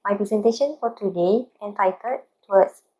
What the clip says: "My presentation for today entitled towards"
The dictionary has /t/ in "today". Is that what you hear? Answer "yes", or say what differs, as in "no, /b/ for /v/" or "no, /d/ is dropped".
yes